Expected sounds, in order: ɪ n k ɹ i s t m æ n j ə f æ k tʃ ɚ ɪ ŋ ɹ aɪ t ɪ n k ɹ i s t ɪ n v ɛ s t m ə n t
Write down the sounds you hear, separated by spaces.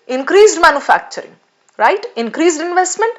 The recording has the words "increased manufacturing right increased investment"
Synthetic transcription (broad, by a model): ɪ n k ɹ i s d m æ n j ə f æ k tʃ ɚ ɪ ŋ ɹ aɪ t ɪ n k ɹ i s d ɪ n v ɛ s t m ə n t